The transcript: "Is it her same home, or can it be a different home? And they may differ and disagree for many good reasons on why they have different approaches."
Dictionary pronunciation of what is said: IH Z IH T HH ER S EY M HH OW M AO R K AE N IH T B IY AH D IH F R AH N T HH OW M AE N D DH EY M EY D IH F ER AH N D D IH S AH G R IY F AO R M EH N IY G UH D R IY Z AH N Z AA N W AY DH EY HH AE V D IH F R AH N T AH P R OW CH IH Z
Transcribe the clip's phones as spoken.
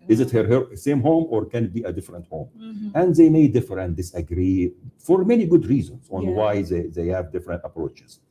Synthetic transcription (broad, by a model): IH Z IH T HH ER S EY M HH OW M AO R K AE N IH T B IY AH D IH F R AH N T HH OW M AE N D DH EY M EY D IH F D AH N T D IH S AH G R IY F AO R M EH N IY G UH D R IY Z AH N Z AA N W AY DH EY HH AE V D IH F R AH N T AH P R OW CH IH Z